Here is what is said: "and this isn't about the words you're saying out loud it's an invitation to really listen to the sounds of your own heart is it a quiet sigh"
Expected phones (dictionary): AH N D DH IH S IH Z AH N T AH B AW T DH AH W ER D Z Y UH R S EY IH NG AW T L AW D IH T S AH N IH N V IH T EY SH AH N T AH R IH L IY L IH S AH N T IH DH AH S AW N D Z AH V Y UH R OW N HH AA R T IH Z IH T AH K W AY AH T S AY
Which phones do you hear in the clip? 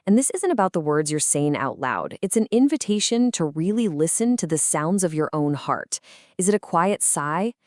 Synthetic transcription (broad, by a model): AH N DH IH S IH Z AH N T AH B AW T DH AH W ER D Z Y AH R S EY IH NG AW T L AW D IH T S AH N IH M V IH T EY SH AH N T AH R IH L IY L IH S AH N T IH DH AH S AW N D Z AH V Y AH R OW N HH AA R T IH Z IH T AH K W AY AH T S AY